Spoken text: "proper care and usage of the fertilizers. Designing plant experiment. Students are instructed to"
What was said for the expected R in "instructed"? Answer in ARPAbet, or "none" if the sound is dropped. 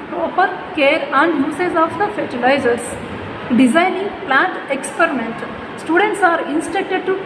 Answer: none